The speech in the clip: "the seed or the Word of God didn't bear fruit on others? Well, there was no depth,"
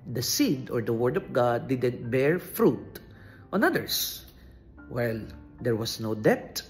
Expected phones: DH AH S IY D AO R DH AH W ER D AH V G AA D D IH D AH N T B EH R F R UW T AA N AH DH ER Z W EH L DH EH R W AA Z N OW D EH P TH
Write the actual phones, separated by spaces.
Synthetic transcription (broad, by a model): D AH S IY D AO R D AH W ER D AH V G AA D D IH D AH N T B EH R F R UW T AA N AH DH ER S W EH L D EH R W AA S N OW D EH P